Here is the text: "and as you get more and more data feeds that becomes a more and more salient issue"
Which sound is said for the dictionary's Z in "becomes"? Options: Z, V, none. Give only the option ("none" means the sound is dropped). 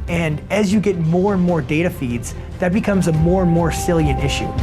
Z